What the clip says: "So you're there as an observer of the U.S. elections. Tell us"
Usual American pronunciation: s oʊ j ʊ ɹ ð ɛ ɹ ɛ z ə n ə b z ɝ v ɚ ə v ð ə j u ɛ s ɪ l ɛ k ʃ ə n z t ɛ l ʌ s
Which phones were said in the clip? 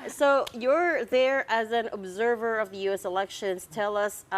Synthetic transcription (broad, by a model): s oʊ j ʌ ɹ ð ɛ ɹ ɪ z ə n ə b z ɝ v ɚ ə v ð ə j u ɛ s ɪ l ɛ k ʃ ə n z t ɛ l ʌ s